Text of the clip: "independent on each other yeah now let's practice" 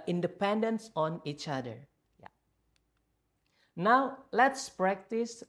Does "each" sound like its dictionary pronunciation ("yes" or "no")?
yes